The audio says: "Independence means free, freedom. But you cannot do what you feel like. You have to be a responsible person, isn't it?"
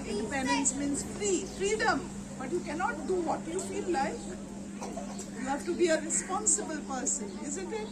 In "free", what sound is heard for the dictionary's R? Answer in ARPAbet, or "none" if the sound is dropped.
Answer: R